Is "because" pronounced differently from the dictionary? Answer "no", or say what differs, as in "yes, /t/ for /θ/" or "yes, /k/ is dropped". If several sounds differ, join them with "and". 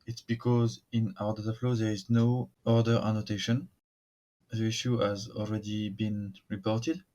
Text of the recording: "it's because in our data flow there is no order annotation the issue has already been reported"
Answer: no